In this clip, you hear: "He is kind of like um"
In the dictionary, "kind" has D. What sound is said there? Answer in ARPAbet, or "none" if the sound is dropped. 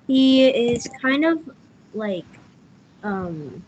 D